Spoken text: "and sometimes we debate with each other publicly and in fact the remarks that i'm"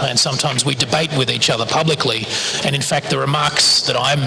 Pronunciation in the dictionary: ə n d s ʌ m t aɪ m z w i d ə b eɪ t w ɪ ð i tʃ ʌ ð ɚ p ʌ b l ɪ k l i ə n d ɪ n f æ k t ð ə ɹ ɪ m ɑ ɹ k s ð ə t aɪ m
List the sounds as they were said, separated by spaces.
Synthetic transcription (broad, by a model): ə n s ʌ m t aɪ m z w i d ə b eɪ t w ɪ ð i tʃ ʌ ð ɚ p ʌ b l ɪ k l i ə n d ɪ n f æ k t ð ə ɹ ɪ m ɑ ɹ k s ð ə t aɪ m